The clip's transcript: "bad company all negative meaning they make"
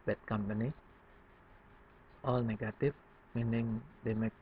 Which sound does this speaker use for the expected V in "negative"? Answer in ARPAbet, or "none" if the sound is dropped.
F